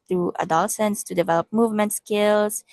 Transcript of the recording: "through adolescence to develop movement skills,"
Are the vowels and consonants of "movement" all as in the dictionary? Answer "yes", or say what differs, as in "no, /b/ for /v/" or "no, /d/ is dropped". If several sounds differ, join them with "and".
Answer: yes